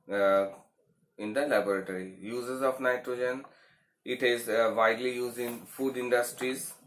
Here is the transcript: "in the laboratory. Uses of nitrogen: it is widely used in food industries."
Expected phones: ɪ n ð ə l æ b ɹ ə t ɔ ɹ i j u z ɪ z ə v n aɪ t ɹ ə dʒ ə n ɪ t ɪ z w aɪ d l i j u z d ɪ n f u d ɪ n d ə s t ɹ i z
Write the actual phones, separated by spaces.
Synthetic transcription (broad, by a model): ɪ n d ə l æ b ɹ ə t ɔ ɹ i j u z ɪ z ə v n aɪ t ɹ ə dʒ ə n ɪ t ɪ z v aɪ d l i j u z d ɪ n f u d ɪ n d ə s t ɹ i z